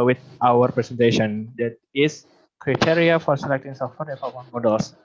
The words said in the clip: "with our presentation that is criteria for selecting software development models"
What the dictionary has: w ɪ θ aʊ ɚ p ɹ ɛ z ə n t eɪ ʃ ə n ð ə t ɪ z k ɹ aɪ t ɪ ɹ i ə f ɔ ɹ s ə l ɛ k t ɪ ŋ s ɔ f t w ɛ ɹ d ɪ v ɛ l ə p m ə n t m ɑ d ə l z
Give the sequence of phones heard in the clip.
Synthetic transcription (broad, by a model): w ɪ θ aʊ ɚ p ɹ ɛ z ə n t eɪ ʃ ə n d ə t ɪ s k ɹ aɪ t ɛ ɹ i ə f ɔ ɹ s ə l ɛ k t ɪ ŋ s ɔ f t w ɛ ɹ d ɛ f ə m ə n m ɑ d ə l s